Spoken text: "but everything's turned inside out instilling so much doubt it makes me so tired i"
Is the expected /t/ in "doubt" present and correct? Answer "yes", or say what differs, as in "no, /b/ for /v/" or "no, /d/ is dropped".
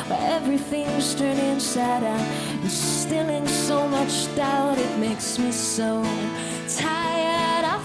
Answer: yes